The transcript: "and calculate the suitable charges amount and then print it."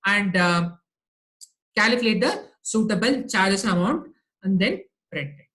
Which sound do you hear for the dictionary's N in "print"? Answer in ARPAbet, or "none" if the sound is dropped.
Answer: none